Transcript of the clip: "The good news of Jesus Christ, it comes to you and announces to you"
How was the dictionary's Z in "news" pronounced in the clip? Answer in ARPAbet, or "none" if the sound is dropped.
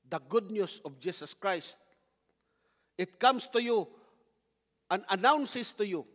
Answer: S